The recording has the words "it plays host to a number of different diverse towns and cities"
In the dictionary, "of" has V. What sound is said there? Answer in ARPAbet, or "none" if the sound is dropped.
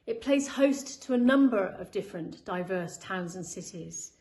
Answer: V